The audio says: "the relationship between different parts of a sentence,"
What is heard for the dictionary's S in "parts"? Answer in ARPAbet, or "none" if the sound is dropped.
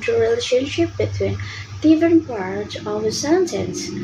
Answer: none